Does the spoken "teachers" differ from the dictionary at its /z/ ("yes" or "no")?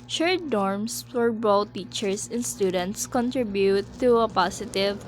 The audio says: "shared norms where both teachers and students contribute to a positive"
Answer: yes